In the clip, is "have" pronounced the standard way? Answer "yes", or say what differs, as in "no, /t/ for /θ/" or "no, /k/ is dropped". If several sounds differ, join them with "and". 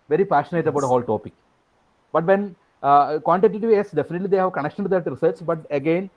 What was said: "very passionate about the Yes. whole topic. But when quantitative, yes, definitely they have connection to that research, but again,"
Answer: yes